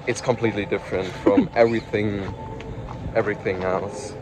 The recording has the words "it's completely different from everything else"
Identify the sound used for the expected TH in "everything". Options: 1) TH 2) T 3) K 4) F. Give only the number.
1